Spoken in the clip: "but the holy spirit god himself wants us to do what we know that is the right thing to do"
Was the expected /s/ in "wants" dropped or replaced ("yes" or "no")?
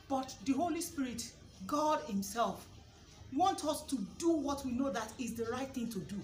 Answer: yes